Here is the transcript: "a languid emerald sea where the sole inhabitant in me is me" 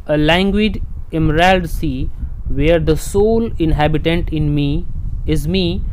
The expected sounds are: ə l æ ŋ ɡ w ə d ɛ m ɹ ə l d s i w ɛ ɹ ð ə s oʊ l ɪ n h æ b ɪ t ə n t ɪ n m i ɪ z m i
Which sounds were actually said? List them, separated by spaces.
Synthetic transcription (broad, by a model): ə l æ ŋ ɡ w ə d ɛ m ɹ ə l d s i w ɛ ɹ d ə s oʊ l ɪ n h æ b ɪ t ə n t ɪ n m i ɪ z m i